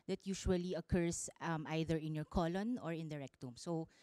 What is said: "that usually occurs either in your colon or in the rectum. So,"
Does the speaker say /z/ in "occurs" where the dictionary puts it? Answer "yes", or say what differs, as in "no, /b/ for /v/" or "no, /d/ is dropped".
no, /s/ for /z/